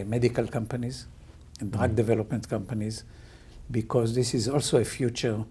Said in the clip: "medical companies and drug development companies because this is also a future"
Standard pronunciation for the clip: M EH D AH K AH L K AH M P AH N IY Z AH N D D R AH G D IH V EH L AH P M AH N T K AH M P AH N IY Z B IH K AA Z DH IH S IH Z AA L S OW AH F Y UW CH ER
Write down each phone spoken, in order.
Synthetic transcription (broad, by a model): M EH D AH K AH L K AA M P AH N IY Z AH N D D R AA G D IH V EH L AH P M AH N T K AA M P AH N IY Z B IH K AA Z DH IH S IH Z AA L S OW AH F Y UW CH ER